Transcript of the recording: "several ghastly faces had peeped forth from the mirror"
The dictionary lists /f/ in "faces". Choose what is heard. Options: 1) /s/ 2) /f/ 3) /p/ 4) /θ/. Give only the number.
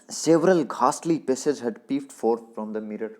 3